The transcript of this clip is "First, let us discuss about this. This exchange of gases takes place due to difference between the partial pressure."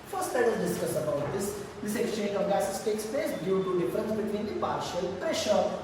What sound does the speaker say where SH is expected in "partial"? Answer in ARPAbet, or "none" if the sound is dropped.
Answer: SH